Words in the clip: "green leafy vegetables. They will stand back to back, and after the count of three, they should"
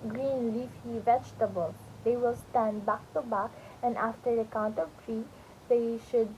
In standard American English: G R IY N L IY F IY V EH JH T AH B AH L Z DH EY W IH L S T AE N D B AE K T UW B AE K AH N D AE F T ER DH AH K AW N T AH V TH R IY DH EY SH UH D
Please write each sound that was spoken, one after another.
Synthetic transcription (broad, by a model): G R IY N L IY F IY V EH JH T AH B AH L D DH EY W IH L S T AE N D B AE K T UW B AE K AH N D AE F T ER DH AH K AW N T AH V T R IY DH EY SH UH D